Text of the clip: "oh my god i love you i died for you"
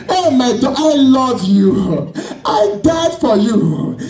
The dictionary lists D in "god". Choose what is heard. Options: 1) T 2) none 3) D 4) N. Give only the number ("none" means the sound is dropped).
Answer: 2